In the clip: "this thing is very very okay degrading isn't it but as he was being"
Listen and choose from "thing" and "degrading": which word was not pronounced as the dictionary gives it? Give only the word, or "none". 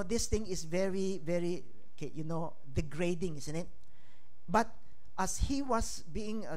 thing